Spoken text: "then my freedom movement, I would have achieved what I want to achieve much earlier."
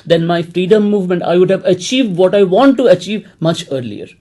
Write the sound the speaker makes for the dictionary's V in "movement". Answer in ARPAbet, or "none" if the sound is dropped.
V